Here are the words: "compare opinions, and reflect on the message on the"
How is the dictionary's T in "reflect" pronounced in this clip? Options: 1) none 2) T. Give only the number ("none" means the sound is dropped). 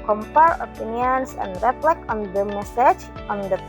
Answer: 1